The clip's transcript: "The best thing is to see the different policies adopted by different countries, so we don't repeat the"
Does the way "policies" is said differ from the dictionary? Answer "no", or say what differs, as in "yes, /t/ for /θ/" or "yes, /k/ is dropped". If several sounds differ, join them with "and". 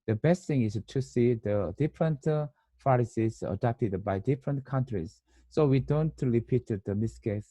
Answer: yes, /f/ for /p/